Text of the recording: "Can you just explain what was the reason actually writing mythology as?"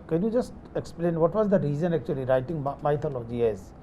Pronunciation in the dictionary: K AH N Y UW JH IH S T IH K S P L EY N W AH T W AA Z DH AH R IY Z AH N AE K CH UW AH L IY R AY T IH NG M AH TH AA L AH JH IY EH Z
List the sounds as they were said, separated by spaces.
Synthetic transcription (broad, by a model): K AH N Y UW JH IH S T IH K S P L EY N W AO T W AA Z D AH R IY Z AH N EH K CH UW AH L IY R AY T IH NG M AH T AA L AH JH IY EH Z